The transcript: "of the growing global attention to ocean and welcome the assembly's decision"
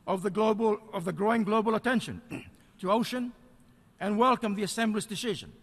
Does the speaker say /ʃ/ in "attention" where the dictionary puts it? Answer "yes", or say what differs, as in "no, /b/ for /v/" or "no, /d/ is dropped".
yes